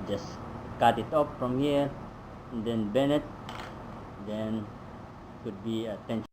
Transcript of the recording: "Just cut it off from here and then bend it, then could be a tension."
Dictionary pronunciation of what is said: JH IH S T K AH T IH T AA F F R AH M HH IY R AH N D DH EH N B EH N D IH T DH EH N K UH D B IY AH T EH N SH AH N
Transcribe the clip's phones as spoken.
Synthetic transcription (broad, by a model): JH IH S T K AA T IH T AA P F R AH M HH IY R AH N D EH N B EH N IH T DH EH N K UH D B IY AH T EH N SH